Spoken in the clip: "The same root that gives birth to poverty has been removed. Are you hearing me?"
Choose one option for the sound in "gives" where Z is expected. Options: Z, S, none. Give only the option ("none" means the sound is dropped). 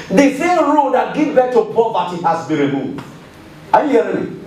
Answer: none